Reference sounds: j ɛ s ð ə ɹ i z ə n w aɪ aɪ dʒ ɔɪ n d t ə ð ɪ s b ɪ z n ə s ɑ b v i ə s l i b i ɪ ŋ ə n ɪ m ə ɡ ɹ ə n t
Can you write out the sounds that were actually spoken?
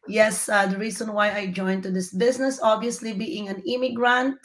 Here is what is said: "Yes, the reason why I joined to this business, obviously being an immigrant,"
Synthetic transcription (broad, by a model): j ɛ s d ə ɹ i s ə n w aɪ aɪ dʒ ɔɪ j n t ə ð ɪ s b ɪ s n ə s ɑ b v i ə s l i b i ɪ ŋ ə n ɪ m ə ɡ ɹ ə n t